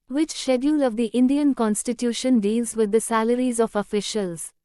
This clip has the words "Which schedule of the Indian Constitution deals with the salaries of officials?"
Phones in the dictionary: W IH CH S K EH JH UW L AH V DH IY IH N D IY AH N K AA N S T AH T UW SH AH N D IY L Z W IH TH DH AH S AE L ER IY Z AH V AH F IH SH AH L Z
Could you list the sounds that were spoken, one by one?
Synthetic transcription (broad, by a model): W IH CH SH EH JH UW L AH V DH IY IH N D IY AH N K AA N S T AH T UW SH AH N D IY L Z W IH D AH S AE L ER IY Z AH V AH F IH SH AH L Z